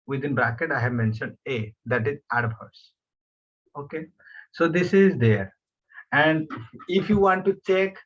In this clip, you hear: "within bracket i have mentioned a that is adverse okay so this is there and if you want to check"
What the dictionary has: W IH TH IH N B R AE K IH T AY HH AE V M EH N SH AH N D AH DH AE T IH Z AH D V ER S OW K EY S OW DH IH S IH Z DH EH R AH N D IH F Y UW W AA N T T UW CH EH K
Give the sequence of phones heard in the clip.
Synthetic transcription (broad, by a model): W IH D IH N B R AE K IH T AY HH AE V M EH N SH AH N D AH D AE T IH Z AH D B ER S OW K EY S OW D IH S IH Z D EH R AH N D IH F Y UW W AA N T T UW CH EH K